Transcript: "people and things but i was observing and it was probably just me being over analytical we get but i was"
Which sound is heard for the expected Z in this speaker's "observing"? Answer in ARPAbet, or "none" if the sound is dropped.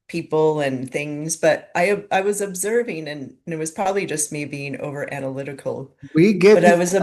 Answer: Z